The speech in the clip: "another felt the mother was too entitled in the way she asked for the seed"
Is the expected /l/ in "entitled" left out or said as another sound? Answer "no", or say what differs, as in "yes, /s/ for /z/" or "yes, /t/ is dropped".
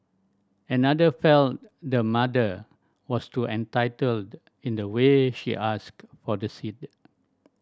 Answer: no